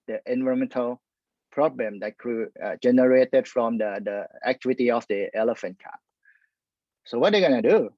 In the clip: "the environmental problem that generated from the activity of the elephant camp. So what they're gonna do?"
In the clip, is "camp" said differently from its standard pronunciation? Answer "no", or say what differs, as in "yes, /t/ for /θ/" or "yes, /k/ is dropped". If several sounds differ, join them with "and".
yes, /m/ is dropped